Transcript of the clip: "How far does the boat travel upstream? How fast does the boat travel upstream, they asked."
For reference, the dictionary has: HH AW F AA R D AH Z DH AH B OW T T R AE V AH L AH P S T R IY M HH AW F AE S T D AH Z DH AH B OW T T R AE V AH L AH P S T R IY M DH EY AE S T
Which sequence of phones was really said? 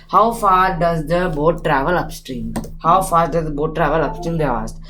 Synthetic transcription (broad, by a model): HH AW F AA R D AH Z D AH B OW T T R AE V AH L AH P S T R IY M HH AW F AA T D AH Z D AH B OW T T R AE V AH L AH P S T R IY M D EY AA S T